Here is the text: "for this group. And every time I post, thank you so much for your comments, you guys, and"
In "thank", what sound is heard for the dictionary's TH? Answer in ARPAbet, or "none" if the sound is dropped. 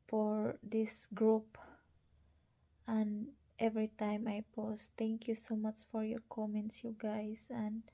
T